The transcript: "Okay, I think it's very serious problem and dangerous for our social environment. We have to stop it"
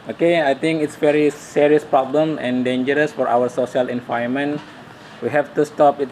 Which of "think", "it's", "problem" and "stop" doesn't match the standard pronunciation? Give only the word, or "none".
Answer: think